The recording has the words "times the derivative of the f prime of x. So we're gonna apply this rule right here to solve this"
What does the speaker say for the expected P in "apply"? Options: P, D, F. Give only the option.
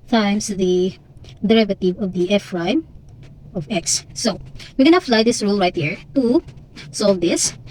F